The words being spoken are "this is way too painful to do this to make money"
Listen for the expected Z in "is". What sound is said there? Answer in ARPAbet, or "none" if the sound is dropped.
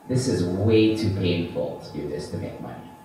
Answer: Z